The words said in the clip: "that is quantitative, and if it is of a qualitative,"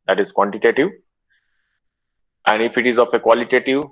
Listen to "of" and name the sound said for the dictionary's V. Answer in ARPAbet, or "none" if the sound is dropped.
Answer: P